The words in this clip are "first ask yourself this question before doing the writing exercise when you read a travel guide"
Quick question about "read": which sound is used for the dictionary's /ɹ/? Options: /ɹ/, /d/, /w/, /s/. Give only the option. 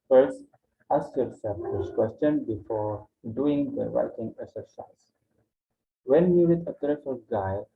/w/